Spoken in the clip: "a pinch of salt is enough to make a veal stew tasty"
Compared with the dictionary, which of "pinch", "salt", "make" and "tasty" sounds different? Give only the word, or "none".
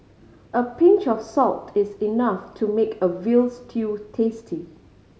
none